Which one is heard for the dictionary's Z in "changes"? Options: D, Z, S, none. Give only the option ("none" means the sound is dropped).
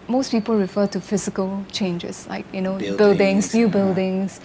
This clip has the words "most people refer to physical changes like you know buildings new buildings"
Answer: S